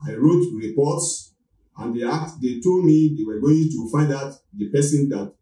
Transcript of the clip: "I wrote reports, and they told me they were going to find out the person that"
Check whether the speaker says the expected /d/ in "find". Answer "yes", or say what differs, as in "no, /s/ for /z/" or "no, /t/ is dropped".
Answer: yes